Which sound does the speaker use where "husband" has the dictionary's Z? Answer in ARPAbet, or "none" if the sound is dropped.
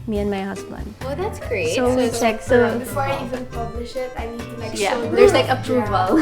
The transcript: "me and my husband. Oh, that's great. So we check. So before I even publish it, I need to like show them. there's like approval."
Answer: S